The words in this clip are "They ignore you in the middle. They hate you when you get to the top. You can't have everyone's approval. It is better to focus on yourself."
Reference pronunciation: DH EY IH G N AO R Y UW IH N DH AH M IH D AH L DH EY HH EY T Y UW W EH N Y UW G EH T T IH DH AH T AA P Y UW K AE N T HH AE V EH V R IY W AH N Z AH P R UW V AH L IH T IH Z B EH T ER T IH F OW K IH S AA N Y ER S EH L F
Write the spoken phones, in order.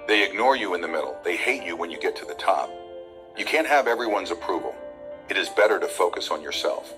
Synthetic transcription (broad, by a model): DH EY IH G N AO R Y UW IH N DH AH M IH D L DH EY HH EY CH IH W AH N Y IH G EH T T IH DH AH T AA P Y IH K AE N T HH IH V EH V R IY W AH N Z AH P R UW V L IH T IH Z B EH T ER T IH F OW K IH S N Y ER S EH L F